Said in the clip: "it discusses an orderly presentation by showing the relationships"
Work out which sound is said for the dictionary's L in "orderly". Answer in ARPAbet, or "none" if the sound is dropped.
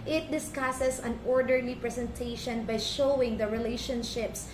N